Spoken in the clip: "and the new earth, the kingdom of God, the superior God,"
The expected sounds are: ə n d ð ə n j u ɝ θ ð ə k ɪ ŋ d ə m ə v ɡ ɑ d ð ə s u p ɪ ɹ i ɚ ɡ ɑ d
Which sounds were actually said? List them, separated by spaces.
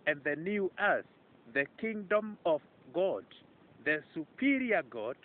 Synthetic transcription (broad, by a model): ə n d ð ə n j u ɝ s ð ə k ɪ ŋ d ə m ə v ɡ ɑ d ð ə s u p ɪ ɹ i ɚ ɡ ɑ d